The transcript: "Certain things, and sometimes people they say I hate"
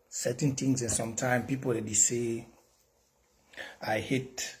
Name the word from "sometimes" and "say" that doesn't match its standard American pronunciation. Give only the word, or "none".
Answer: sometimes